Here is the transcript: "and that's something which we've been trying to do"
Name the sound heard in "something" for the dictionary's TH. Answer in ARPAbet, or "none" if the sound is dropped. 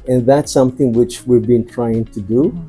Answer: TH